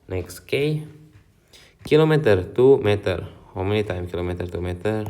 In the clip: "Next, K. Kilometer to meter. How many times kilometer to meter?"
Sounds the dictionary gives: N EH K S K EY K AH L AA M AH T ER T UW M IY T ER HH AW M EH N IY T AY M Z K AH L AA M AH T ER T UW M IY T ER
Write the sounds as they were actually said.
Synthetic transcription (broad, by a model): N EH K S K EY K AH L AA M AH T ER T UW M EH T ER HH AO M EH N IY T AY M K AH L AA M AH T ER T UW M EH T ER